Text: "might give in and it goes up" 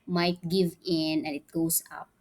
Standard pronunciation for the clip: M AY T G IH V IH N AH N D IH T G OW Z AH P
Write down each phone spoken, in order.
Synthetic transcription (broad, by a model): M AY T G IH V IH N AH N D IH T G OW S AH P